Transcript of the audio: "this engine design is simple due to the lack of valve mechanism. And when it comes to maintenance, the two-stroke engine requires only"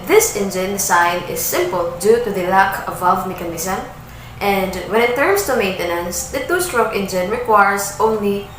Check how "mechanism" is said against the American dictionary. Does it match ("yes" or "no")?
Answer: no